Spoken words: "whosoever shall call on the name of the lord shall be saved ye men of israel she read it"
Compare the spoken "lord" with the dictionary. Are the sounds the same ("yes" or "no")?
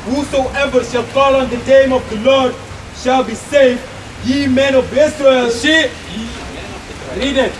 yes